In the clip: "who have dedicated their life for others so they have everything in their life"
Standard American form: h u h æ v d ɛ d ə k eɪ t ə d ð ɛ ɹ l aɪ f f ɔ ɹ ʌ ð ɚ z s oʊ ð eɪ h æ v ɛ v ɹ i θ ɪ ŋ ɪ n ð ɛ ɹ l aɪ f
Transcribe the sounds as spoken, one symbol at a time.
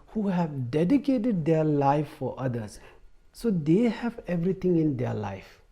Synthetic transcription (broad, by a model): h u h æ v d ɛ d ə k eɪ t ə d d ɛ l aɪ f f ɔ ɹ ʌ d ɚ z s oʊ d eɪ h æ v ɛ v ɹ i t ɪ ŋ ɪ n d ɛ l aɪ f